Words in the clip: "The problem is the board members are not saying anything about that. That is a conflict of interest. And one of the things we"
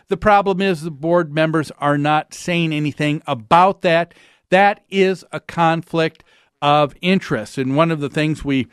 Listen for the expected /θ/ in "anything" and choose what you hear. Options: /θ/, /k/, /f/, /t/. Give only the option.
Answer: /θ/